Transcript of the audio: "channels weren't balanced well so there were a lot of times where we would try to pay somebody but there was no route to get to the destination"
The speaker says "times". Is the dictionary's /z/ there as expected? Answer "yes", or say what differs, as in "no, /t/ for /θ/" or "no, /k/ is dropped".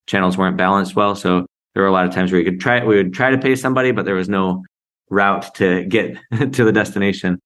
yes